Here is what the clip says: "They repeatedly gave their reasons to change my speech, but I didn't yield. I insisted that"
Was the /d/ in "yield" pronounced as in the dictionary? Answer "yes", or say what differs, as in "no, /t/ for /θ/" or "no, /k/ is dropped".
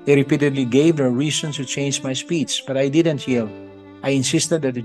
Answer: no, /d/ is dropped